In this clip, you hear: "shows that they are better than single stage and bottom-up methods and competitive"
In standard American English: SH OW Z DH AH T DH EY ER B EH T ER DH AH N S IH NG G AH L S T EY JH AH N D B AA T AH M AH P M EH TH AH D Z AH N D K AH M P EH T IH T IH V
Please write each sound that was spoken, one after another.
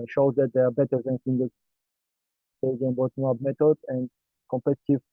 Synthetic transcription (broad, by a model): SH OW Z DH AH T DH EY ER B EH T ER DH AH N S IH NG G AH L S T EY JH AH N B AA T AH AH B M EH T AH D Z AH N D K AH M P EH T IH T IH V